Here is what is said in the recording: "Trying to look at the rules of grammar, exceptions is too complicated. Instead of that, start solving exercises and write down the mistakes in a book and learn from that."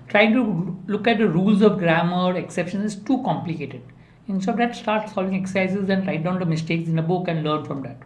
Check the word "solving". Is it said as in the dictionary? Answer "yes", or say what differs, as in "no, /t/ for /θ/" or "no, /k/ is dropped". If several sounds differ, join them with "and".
yes